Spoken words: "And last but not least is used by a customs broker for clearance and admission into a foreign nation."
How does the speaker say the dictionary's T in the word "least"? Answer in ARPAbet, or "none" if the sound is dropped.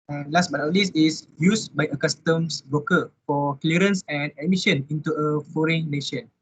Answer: none